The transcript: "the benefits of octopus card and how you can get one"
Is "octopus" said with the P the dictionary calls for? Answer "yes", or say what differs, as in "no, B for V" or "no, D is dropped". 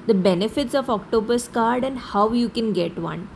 no, B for P